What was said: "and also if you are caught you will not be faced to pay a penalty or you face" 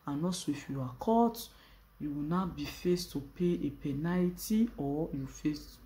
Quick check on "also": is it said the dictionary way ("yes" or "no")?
no